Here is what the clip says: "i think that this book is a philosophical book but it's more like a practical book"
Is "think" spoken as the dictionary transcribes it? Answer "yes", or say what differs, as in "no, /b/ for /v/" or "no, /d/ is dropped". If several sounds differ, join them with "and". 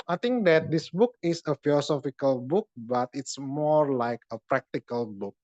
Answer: no, /t/ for /θ/